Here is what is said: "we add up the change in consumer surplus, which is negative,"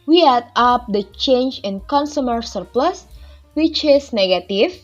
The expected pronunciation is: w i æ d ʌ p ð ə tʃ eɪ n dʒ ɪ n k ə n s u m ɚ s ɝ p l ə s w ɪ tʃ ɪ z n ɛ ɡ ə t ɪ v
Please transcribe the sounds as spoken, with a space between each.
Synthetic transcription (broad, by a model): w i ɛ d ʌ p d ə tʃ eɪ n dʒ ɪ n k ə n s u m ɚ s ɝ p l ə s w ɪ tʃ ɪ s n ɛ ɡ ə t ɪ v